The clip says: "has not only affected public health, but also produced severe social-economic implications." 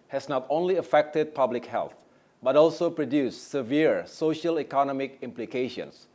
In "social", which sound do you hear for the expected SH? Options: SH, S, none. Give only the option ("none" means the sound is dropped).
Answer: SH